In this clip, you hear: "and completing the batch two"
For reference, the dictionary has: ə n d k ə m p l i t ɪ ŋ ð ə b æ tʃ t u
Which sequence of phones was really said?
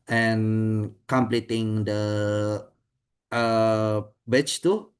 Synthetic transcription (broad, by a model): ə n k ə m p l i t ɪ ŋ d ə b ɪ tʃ t u